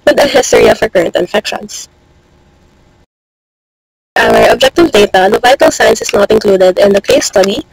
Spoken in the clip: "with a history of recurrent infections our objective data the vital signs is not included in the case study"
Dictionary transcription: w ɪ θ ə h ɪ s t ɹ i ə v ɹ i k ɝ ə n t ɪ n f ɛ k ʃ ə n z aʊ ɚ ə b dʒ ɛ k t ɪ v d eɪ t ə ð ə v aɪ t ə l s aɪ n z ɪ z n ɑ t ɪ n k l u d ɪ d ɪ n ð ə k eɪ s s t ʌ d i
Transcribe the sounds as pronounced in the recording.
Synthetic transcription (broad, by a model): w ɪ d ə h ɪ s t ɹ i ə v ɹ k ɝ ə n t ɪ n f ɛ k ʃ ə n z aʊ ɚ ə b dʒ ɛ k t ɪ v d eɪ t ə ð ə v aɪ t ə l s aɪ n s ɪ s n ɑ t ɪ n k l u d ɪ d ɪ n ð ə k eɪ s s t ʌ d i